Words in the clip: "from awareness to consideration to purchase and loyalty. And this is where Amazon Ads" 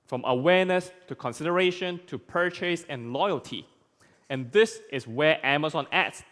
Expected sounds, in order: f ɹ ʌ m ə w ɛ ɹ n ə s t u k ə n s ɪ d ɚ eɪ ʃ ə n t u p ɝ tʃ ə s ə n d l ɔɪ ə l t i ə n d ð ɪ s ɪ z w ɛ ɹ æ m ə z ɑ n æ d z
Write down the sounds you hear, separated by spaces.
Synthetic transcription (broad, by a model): f ɹ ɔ m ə w ɛ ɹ n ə s t u k ə n s ɪ d ɚ eɪ ʃ ə n t u p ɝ tʃ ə s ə n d l ɔɪ ə l t i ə n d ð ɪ s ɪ s w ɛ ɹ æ m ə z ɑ n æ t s